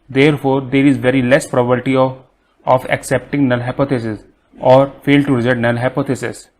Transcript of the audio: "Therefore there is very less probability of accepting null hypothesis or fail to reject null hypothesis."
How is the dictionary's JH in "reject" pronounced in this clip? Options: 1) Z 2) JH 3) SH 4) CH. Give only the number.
1